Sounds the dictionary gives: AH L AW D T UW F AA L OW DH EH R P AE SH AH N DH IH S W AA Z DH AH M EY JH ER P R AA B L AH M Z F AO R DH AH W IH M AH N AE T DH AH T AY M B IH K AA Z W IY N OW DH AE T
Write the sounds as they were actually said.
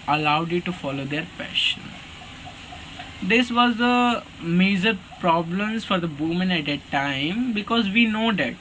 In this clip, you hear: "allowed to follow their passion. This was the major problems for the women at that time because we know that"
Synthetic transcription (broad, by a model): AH L AW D T UW F AA L OW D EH R P AE SH AH N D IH S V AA Z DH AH M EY Z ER P R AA B L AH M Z F AO R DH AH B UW M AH N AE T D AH T AY M B IH K AA Z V IY N OW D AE T